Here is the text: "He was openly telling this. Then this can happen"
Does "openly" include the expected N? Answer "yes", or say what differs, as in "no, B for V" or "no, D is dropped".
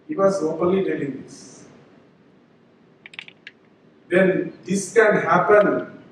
no, N is dropped